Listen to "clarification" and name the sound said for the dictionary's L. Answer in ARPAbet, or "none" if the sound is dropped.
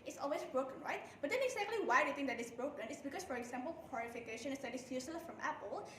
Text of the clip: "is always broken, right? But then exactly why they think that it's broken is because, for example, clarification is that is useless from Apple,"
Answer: W